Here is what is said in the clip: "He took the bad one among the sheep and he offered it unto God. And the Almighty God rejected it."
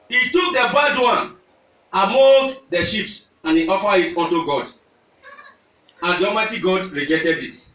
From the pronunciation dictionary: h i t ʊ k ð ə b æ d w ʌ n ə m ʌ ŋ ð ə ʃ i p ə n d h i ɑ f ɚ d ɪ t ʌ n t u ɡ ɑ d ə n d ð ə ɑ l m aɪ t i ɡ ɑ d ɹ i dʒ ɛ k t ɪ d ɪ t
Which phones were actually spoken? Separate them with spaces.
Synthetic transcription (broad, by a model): h i t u k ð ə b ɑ d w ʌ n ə m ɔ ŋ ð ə ʃ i p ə n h i ɑ f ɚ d ɪ t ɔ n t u ɡ ɑ d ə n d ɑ m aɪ t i ɡ ɑ d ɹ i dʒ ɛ t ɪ d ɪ t